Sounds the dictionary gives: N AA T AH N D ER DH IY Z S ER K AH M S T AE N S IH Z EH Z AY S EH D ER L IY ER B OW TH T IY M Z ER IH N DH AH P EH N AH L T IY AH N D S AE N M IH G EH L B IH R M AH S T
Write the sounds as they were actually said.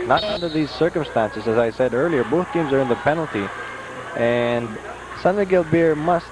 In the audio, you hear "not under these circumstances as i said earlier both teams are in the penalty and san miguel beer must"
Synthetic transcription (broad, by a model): N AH T AH N D ER DH IY Z S ER K AH M S T AE N S IH Z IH Z AY S EH D ER L IY ER B OW TH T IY M Z ER IH N DH AH P EH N L T IY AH N S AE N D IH G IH L B IH R M AH S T